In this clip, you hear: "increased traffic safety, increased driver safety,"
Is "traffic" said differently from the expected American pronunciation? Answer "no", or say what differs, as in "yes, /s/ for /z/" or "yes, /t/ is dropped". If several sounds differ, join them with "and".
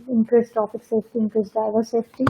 yes, /ɹ/ is dropped and /p/ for /f/